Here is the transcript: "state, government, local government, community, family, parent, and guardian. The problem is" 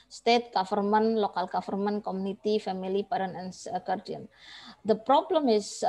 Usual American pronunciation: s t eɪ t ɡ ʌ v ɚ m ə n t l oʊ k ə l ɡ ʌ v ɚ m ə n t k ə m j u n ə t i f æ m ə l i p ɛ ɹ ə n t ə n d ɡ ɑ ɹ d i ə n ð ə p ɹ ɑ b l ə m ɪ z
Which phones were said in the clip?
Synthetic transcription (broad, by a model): s t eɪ t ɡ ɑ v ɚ m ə n l oʊ k ə l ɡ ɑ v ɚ m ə n k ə m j u n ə t i f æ m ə l i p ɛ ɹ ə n ə n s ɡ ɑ ɹ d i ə n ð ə p ɹ ɑ b l ə m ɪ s